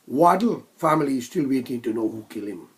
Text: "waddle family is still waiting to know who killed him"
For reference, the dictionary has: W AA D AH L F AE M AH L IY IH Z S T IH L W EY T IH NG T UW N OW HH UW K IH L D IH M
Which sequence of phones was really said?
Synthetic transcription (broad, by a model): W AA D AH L F AE M AH L IY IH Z S T IH L W EY T IH NG T UW N OW HH UW K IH L IH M